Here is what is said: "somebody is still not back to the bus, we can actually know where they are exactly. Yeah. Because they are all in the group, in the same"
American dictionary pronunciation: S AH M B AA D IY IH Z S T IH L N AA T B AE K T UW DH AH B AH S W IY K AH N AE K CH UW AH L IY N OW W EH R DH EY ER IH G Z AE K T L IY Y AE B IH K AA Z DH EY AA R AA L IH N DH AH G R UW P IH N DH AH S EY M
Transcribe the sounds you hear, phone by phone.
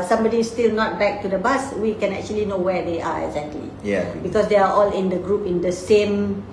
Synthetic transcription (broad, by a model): S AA M B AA D IY S T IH L N AA T B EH K T UW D AH B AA S W IY K AH N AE K CH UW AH L IY N OW W EH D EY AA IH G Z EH K T L IY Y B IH K AA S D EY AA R AA L IH N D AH G R UW P IH N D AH S EY M